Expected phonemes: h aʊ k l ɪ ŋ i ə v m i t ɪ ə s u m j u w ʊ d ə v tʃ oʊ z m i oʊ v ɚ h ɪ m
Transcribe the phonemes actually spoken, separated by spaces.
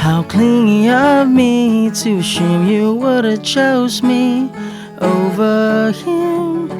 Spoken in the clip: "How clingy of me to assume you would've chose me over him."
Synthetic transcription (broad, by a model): h aʊ k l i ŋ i ə v m i t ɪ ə ɪ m j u w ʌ d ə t tʃ oʊ z m i oʊ v ɚ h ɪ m